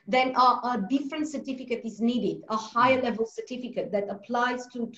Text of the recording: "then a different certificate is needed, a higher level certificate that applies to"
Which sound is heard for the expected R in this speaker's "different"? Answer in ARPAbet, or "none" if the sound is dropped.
R